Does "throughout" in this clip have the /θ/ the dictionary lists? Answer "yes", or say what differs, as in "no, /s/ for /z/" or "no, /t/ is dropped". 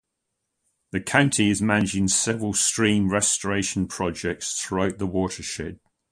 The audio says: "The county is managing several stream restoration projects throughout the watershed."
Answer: yes